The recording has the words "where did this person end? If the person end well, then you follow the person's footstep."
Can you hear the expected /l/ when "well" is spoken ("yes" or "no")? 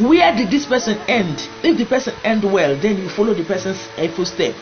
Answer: yes